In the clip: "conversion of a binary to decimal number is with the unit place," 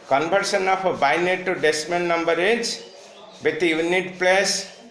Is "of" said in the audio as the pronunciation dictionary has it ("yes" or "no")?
no